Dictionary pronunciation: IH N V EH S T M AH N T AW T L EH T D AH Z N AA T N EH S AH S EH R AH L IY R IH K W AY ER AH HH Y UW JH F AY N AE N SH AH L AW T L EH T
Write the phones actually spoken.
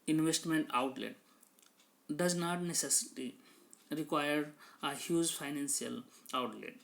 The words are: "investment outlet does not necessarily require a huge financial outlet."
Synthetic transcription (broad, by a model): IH N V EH S T M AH N T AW T L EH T D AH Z N AA T N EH S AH S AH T IY R IH K W AY ER AH HH Y UW JH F AY N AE N S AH L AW T L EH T